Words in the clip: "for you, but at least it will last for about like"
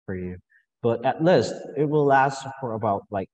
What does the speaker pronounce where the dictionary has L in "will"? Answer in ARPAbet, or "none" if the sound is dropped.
L